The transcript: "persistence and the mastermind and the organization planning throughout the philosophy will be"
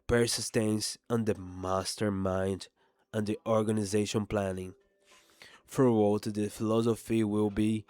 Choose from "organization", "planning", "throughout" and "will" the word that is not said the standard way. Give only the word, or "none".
throughout